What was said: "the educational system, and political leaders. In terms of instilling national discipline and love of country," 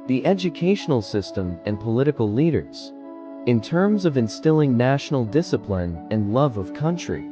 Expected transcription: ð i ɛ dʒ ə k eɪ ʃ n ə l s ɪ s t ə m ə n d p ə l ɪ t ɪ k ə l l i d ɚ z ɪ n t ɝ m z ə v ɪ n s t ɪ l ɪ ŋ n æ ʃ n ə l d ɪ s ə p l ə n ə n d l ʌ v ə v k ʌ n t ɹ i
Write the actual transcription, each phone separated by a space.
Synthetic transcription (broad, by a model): ð i ɛ dʒ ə k eɪ ʃ n l s ɪ s t ə m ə n p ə l ɪ t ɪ k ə l l i d ɚ z ɪ n t ɝ m z ə v ɪ n s t ɪ l ɪ ŋ n æ ʃ n l d ɪ s ə p l ə n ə n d l ʌ v ə v k ʌ n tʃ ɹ i